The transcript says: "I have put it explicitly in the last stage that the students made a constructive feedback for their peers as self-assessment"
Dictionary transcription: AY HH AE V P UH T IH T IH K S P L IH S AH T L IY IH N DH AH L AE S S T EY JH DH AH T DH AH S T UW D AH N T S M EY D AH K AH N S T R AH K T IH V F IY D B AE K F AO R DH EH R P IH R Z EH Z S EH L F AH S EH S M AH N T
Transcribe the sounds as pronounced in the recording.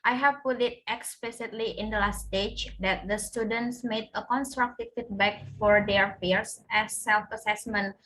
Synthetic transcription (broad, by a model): AY HH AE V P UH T IH T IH K S P L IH S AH T L IY IH N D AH L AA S S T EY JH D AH T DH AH S T UW D AH N T S M EY D AH K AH N S T R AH K T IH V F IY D B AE K F AO R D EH R F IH R S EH S EH L F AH S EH S M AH N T